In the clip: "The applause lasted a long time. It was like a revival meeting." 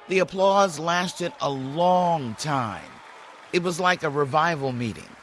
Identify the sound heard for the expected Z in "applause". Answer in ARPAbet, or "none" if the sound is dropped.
Z